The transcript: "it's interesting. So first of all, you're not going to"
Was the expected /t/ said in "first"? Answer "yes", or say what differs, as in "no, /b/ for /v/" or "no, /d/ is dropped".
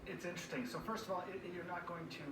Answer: yes